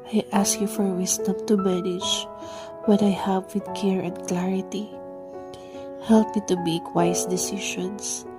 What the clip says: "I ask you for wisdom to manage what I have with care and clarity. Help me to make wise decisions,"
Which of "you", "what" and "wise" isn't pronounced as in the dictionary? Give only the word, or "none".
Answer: wise